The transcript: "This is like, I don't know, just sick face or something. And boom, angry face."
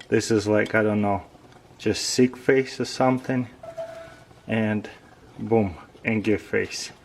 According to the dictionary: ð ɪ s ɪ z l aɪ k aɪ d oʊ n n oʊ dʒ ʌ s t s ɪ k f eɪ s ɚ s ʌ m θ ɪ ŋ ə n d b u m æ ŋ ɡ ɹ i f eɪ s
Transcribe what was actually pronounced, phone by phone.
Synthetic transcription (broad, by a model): ð ɪ s ɪ z l aɪ k aɪ d oʊ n n oʊ dʒ ʌ s t s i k f eɪ s ɚ s ʌ m θ ɪ ŋ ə n b u m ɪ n ɡ i f eɪ s